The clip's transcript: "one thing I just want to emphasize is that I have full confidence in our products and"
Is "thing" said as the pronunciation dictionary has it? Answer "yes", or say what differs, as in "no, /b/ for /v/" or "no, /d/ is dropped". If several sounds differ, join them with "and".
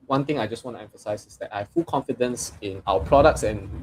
no, /t/ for /θ/